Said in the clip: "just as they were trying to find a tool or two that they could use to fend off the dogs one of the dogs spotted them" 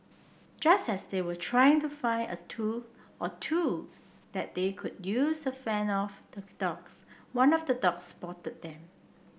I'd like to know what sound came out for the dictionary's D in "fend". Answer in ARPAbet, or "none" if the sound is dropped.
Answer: none